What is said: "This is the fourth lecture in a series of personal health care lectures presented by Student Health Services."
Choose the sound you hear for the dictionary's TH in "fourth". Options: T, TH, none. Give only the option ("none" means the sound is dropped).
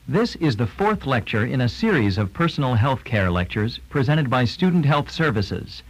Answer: TH